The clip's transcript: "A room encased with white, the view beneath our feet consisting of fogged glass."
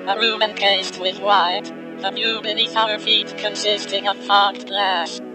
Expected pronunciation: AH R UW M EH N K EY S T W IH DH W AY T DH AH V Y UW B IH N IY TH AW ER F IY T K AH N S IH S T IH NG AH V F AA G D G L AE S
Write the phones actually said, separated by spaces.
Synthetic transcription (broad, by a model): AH R UW M EH N K EY S T W IH DH W AY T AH F Y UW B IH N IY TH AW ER F IY T K AH N S IH S T IH NG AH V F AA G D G L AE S